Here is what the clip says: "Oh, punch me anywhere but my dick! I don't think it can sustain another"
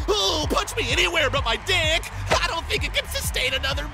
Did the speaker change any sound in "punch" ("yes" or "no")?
yes